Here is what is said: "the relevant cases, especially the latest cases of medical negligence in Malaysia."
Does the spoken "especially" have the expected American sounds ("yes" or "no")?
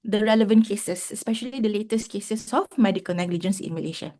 yes